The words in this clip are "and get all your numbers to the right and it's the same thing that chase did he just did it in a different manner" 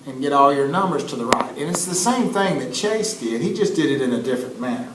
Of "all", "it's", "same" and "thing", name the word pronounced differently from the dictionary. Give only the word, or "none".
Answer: none